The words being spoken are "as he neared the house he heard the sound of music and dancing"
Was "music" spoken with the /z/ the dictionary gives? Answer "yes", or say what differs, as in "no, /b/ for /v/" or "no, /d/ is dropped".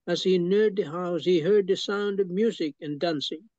yes